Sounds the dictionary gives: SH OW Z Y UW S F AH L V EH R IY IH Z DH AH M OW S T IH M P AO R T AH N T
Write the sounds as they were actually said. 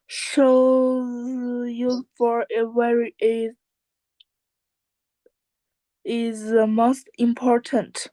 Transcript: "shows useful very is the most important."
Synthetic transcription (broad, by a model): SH OW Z Y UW F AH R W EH R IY IH Z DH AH M OW S T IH M P AO R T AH N T